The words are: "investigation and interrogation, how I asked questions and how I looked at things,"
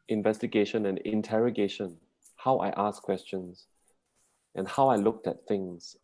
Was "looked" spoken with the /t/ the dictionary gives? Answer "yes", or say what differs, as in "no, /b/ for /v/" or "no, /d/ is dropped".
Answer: yes